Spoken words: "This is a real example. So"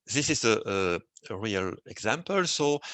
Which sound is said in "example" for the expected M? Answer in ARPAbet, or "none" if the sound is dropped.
M